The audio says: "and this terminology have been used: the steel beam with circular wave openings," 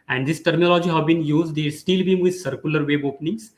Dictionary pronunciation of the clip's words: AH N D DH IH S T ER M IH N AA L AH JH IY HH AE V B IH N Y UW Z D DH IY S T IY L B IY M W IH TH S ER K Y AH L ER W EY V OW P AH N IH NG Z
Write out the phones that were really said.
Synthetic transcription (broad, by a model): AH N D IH S T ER M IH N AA L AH JH IY HH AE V B IH N Y UW Z D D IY S T IY L B IY M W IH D S ER K Y AH L ER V EY B OW P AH N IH NG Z